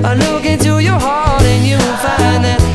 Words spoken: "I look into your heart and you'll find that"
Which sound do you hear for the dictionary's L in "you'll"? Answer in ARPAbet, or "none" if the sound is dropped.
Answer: N